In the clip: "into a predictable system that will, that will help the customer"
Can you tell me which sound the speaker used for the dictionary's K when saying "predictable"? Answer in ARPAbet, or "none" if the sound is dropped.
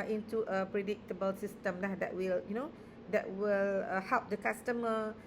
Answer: K